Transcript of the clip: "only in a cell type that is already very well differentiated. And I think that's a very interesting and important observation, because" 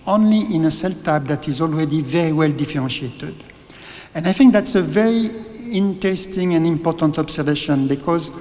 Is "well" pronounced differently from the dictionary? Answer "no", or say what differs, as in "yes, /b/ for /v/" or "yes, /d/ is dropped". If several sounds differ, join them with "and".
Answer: no